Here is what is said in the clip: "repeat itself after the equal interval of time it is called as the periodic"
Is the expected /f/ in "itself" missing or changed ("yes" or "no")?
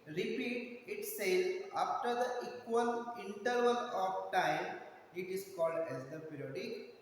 yes